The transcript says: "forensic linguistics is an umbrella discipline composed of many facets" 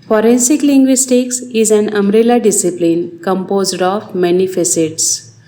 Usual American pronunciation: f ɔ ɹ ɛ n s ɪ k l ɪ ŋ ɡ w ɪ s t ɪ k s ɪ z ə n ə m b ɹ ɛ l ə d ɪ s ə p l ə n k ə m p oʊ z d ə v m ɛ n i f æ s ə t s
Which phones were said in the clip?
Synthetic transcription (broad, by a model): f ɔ ɹ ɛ n s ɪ k l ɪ ŋ ɡ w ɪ s t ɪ k s ɪ z ə n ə m ɹ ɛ l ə d ɪ s ə p l ə n k ə m p oʊ z d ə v m ɛ n i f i s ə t s